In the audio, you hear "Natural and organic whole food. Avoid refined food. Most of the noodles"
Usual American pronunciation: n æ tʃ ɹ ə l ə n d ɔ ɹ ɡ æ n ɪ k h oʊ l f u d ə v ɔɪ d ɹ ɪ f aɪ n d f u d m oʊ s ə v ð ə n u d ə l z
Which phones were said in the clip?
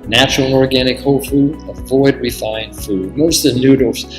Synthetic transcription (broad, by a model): n æ tʃ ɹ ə l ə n ɔ ɹ ɡ æ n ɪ k h oʊ l f u d ə v ɔɪ d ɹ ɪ f aɪ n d f u d m oʊ ə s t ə n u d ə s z